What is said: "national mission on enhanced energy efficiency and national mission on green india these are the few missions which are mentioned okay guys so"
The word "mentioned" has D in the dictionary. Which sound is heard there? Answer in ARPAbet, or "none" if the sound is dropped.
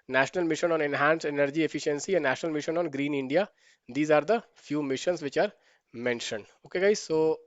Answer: D